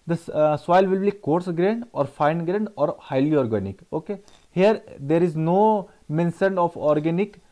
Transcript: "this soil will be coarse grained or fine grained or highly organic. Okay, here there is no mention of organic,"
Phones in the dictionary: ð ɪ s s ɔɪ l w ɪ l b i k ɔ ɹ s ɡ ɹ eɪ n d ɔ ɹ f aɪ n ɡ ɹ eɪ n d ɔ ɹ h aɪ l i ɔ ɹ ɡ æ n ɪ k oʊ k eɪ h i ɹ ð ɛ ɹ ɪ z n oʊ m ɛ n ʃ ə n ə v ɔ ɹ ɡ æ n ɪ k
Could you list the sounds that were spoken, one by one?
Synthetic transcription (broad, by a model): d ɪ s s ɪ l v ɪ l b i k ɔ ɹ s ɡ ɹ eɪ n d ɔ ɹ f aɪ n ɡ ɹ eɪ n d ɔ ɹ h aɪ l i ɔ ɹ ɡ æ n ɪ k oʊ k eɪ h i ɹ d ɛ ɹ ɪ z n oʊ m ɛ n s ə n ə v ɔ ɹ ɡ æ n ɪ k